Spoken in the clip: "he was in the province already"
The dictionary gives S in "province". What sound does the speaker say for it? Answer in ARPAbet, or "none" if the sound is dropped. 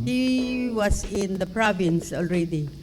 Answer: S